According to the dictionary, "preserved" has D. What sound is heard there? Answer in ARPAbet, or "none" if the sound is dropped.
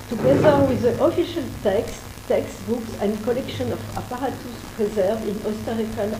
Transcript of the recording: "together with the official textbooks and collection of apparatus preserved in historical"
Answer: none